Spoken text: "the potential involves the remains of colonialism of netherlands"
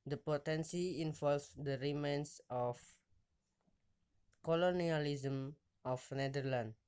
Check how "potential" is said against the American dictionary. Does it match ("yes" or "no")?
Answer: no